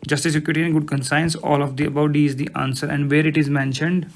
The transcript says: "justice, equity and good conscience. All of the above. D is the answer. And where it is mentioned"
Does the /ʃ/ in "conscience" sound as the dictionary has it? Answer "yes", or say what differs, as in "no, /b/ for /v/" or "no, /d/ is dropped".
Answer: no, /s/ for /ʃ/